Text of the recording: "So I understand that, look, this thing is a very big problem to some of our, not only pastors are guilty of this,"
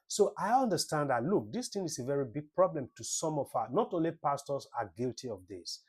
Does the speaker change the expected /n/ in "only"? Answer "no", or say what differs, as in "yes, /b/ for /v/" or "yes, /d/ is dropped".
no